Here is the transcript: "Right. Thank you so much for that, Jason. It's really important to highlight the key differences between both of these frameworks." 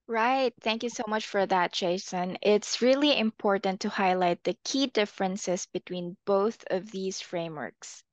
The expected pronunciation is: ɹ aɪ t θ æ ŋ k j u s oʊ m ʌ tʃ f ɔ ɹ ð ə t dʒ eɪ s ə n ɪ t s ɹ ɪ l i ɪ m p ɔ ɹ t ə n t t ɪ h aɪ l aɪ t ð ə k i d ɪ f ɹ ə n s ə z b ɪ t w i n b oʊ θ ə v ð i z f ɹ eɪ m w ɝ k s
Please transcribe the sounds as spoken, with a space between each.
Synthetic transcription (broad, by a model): ɹ aɪ t θ æ ŋ k j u s oʊ m ʌ tʃ f ɔ ɹ ð ə t tʃ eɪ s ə n ɪ t s ɹ ɪ l i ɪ m p ɔ ɹ t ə n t t ɪ h aɪ l aɪ t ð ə k i d ɪ f ɹ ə n s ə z b ɪ t w i n b oʊ θ ə v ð i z f ɹ eɪ m w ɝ k s